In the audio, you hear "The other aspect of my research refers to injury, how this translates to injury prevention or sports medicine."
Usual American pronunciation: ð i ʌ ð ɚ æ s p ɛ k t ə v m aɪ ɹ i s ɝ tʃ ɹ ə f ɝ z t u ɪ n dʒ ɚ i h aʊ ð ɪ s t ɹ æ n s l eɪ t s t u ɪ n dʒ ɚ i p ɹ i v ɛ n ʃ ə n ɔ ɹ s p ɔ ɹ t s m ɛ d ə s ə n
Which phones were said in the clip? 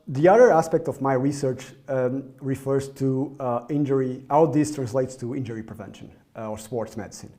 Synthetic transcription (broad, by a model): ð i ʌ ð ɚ æ s p ɛ k t ə v m aɪ ɹ i s ɝ tʃ ɹ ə f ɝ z t u ɪ n dʒ ɚ i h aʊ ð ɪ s t ɹ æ n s l eɪ t s t u ɪ n dʒ ɚ i p ɹ i v ɛ n ʃ ə n ɔ ɹ s p ɔ ɹ t s m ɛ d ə s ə n